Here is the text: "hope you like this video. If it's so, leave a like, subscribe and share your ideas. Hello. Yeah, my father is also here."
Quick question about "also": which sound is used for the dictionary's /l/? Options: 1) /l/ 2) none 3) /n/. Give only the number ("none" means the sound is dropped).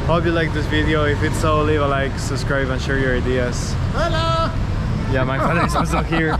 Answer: 2